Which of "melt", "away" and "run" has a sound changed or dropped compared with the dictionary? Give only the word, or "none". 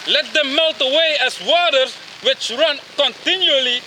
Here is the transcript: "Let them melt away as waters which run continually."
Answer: none